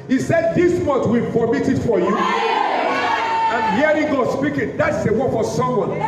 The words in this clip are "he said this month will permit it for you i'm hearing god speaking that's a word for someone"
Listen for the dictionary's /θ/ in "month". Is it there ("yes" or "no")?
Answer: no